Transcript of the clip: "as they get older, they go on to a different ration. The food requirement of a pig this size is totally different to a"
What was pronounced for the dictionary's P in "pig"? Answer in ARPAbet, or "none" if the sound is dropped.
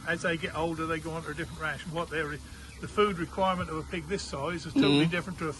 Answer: P